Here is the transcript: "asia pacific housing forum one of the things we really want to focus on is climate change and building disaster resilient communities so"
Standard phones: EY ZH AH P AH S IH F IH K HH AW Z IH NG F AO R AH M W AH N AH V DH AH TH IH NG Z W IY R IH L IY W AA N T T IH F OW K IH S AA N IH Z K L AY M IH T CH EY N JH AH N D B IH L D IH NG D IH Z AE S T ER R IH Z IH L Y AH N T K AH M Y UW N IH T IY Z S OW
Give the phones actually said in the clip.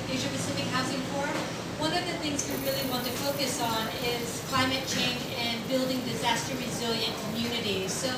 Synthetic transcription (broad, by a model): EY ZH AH P AH S IH F IH K HH AW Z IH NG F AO R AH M W AH N AH V DH AH TH IH NG Z W IY R IH L IY W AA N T T IH F OW K IH S N IH Z K L AY M IH T CH EY N JH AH N B IH L D IH NG D IH Z AE S T ER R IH Z IH L Y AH N K AH M Y UW N IH T IY Z S OW